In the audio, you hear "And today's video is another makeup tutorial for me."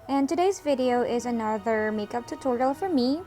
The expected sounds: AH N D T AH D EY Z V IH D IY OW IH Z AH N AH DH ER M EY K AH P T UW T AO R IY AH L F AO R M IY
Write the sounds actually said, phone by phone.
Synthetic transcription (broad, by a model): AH N T AH D EY Z V IH D IY OW IH Z AH N AH DH ER M EY K AH P T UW T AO R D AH L F AO R M IY